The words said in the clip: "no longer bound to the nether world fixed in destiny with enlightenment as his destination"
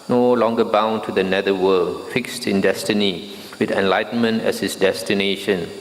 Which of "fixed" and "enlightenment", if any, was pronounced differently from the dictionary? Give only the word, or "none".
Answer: none